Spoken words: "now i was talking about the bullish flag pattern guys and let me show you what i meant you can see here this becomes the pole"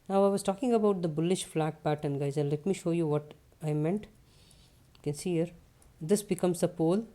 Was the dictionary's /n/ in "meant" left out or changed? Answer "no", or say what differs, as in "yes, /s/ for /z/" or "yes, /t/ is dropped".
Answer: no